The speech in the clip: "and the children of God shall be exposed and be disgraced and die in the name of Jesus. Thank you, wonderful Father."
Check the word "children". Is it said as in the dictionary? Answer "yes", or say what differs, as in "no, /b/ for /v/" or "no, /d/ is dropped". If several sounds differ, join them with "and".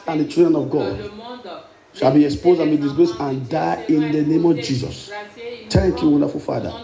no, /l/ is dropped